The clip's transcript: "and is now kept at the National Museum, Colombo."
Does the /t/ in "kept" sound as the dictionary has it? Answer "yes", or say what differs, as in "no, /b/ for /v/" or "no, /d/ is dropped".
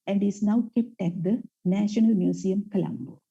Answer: yes